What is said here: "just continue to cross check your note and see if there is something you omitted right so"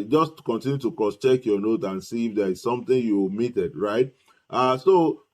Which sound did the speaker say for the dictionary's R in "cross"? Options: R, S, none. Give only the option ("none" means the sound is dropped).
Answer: none